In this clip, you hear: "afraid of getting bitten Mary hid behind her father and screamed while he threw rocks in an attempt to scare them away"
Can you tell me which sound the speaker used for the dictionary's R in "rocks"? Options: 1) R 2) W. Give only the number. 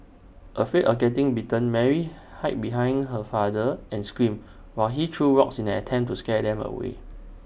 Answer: 2